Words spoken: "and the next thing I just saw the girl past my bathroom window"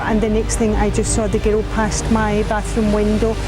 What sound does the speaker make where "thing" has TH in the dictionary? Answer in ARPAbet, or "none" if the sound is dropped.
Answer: TH